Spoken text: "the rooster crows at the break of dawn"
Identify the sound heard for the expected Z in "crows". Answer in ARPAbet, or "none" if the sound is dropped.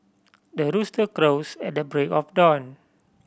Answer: S